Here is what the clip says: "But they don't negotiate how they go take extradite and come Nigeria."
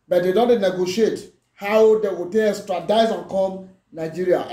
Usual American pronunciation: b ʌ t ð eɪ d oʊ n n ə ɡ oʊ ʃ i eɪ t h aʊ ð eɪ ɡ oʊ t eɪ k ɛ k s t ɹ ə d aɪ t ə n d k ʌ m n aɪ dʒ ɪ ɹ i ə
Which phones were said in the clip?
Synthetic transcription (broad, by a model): b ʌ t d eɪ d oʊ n n ə ɡ oʊ ʃ i eɪ t h aʊ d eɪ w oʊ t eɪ ɛ s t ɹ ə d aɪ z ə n k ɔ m n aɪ dʒ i ɹ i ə